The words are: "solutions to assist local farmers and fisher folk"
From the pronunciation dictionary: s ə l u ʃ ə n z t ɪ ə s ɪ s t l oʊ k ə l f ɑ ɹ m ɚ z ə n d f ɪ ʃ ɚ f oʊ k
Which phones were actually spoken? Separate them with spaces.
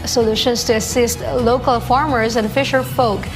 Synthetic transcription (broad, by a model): s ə l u ʃ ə n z t ɪ ə s ɪ s t l oʊ k ə l f ɑ ɹ m ɚ z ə n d f ɪ ʃ ɚ f oʊ k